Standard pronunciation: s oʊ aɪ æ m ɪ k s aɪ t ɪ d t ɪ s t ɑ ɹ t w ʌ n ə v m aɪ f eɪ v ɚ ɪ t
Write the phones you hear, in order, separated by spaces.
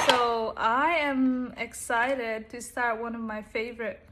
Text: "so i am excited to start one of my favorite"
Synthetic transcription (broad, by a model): s oʊ aɪ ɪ m ɪ k s aɪ t ɪ d t ɪ s t ɑ ɹ t w ʌ n ə v m aɪ f eɪ v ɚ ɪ t